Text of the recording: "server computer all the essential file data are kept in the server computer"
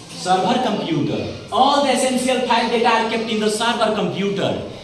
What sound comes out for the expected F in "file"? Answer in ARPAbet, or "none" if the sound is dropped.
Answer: P